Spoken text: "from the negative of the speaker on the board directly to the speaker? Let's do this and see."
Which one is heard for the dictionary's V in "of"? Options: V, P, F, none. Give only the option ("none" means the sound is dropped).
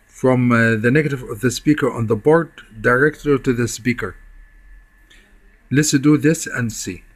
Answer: V